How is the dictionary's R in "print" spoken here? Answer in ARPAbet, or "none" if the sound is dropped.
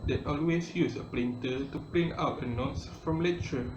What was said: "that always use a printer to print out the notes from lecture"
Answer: L